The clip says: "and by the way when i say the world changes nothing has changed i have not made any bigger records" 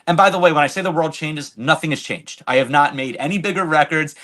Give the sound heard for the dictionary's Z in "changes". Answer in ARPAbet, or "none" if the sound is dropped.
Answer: Z